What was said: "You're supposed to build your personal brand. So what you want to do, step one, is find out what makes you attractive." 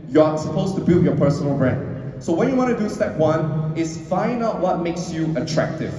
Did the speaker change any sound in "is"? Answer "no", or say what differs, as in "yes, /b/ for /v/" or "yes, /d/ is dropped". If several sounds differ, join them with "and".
yes, /s/ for /z/